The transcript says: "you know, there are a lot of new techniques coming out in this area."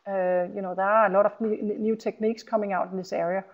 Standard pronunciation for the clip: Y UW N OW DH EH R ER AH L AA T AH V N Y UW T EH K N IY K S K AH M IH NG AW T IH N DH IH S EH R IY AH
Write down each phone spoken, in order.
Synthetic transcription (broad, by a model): Y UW N OW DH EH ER AH L AA T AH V N Y UW S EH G N IY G S K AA M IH NG AW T IH N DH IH S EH R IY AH